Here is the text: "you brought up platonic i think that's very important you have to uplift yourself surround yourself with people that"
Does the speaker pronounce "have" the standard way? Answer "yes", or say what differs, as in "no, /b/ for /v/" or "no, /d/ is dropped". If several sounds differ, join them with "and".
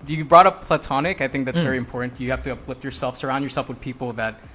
no, /f/ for /v/